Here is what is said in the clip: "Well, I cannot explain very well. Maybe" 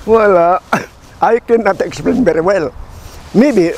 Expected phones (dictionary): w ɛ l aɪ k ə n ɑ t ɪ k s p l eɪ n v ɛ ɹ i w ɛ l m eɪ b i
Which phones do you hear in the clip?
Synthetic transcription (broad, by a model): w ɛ l aɪ k ə n ɑ t ɪ k s p l eɪ n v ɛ ɹ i w ɛ l m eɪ b i